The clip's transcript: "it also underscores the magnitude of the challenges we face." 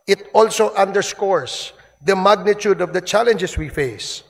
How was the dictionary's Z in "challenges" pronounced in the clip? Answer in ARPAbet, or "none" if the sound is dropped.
S